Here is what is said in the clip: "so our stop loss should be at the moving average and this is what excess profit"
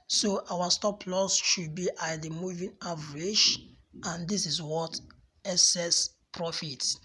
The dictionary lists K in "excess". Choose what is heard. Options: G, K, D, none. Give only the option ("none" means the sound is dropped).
none